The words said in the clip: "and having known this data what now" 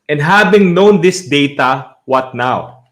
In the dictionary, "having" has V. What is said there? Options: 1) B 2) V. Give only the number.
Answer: 1